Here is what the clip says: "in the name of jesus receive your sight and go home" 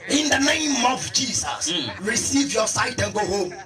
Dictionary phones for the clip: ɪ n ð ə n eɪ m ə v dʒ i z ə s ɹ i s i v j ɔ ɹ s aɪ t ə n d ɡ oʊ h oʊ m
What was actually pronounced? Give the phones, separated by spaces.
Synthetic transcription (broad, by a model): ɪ n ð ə n eɪ m ə v dʒ i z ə s ɹ i s i v j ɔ s aɪ t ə n ɡ oʊ h oʊ m